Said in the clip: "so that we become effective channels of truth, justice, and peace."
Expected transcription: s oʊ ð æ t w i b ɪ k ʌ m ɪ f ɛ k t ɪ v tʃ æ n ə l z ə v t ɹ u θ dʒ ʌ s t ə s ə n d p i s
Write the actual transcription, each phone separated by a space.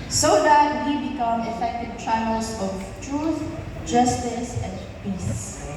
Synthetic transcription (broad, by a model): s oʊ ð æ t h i b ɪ k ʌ m ɪ f ɛ k t ɪ v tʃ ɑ ə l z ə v t ɹ u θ dʒ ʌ s t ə s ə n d p i s